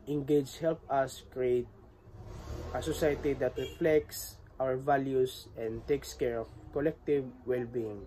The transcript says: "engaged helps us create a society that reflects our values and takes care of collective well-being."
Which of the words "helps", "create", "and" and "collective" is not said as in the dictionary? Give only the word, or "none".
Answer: helps